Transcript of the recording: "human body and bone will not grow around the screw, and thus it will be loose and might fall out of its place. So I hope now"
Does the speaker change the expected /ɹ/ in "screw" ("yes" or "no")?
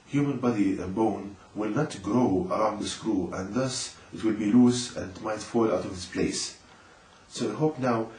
no